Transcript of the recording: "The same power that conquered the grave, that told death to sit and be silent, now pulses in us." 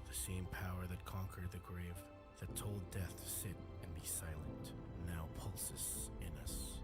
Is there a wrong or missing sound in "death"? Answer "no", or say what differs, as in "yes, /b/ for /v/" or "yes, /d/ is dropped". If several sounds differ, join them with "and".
no